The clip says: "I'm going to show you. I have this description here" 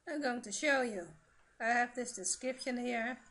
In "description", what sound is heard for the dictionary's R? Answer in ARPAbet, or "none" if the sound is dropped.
none